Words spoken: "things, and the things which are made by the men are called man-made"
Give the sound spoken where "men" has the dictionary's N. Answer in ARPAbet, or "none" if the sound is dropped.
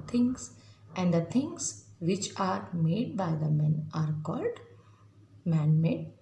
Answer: N